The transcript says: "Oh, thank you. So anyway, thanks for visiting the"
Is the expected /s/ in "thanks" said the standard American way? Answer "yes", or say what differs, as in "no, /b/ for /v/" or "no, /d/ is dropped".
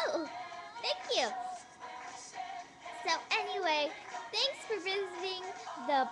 yes